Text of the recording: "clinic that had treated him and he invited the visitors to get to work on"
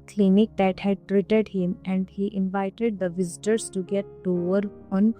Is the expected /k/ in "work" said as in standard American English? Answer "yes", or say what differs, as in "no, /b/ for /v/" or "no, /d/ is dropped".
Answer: no, /k/ is dropped